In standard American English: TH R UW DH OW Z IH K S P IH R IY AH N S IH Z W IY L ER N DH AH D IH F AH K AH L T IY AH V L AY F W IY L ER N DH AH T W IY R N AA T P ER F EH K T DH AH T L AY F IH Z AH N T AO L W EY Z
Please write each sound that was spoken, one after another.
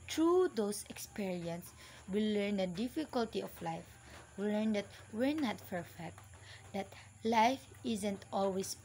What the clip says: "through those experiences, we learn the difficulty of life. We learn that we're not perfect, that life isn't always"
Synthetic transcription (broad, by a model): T R UW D OW S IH K S P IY R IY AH N S W IY L ER N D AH D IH F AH K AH L T IY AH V L AY F W IY L ER N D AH T W IY R N AA T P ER F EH K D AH T L AY F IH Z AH N T AO L W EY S